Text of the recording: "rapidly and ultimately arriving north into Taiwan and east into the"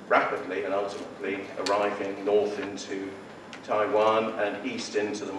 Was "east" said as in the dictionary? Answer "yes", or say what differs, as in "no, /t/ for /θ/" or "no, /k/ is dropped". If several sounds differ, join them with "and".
yes